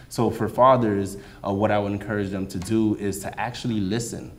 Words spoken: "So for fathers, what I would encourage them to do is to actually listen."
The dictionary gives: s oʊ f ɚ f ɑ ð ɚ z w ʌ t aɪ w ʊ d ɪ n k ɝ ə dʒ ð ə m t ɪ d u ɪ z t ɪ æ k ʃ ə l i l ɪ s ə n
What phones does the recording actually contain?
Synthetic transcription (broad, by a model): s oʊ f ɚ f ɑ ð ɚ z w ʌ t aɪ w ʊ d ɪ n k ɝ ə dʒ ð ə m t ɪ d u ɪ z t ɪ æ k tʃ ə l i l ɪ s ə n